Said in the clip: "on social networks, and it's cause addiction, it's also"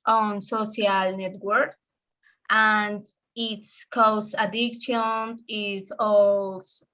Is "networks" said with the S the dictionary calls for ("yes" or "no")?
no